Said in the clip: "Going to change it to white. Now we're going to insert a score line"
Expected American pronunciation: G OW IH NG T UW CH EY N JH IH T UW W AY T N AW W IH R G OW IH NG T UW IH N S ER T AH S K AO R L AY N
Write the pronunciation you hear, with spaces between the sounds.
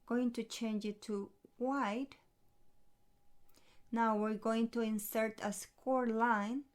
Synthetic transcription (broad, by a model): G OW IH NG T UW CH EY N JH IH T UW W AY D N AW W IH R G OW IH NG T UW IH N S ER T AH S K AO R L AY N